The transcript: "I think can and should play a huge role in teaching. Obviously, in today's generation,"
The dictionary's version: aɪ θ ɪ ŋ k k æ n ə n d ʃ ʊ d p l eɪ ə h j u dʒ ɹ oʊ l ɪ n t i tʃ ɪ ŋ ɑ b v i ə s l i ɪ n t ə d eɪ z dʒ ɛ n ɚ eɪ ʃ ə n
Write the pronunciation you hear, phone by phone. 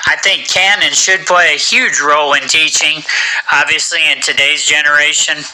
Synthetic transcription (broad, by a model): aɪ θ ɪ ŋ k k æ n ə n ʃ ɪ d p l eɪ ə h j u dʒ ɹ oʊ l ɪ n t i tʃ ɪ ŋ ɑ b v i ə s l i ɪ n t ə d eɪ z dʒ ɛ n ɚ eɪ ʃ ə n